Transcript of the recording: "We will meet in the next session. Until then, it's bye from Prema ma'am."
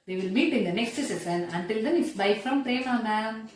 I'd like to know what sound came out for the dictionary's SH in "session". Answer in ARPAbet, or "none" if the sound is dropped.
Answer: S